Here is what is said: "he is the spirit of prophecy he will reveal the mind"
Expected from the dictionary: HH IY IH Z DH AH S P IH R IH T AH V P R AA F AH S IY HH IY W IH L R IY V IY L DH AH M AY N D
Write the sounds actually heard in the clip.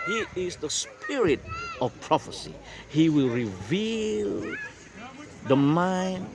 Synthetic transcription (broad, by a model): HH IY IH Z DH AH S P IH R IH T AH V P R AA F AH S IY HH IY W IH L R IY V IY L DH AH M AY N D